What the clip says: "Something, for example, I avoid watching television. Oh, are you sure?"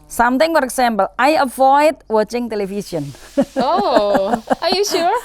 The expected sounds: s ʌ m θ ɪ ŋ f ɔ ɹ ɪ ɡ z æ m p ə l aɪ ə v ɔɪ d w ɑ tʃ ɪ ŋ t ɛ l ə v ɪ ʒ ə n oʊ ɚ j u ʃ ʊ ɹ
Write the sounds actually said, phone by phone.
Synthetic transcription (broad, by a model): s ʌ m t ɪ ŋ f ɔ ɹ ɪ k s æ m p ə l aɪ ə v ɔɪ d w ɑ tʃ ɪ ŋ t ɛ l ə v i s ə n oʊ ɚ j u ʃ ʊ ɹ